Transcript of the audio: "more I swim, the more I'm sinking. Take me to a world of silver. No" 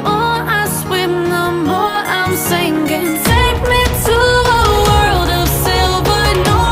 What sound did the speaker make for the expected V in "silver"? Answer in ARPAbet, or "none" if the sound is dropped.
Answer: B